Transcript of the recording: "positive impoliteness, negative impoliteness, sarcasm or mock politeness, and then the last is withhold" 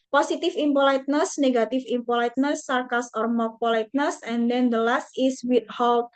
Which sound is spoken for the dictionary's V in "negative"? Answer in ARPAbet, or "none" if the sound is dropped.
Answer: F